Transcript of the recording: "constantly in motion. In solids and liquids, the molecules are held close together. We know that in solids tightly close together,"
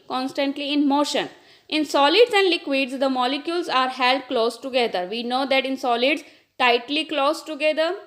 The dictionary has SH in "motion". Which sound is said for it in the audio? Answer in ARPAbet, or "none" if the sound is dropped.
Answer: SH